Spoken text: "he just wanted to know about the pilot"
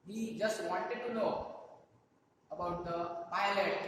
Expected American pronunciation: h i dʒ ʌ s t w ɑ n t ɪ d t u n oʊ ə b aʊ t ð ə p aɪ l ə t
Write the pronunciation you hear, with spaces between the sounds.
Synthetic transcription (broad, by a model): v i dʒ ʌ s t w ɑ n t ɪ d t u l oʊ ə b aʊ t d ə p aɪ l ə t